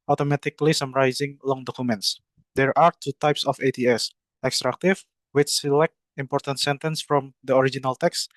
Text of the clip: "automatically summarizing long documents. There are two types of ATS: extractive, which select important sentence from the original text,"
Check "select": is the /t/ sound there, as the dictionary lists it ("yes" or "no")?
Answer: yes